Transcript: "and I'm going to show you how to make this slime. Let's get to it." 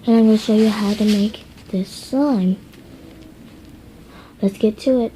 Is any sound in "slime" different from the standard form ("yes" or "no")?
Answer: yes